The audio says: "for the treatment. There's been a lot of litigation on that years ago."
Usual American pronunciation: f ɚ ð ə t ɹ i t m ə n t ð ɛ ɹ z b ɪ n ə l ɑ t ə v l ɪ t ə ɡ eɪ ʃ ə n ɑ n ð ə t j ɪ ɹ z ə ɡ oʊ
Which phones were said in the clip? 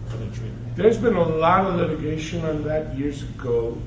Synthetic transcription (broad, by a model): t ð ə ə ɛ ɹ z b ɪ n ə l ɑ t ə v l ɪ t ə ɡ eɪ ʃ ə n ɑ n ð ə t j ɪ ɹ z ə ɡ oʊ